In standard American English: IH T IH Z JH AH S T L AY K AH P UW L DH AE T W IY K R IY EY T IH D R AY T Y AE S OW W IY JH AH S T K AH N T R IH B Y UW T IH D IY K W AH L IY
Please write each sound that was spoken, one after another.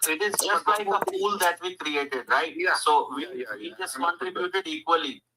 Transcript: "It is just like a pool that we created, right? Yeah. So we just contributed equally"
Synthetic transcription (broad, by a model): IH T IH Z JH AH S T L AY K AH F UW L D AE T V IY K R IY EY T IH D R AY T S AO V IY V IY JH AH S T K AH N T R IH B Y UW T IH D IY K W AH L IY